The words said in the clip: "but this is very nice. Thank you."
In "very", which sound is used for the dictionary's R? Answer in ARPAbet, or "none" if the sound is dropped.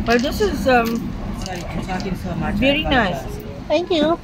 R